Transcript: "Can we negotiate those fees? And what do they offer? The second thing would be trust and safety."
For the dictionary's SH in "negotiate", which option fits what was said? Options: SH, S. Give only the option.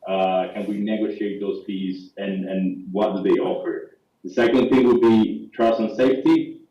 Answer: SH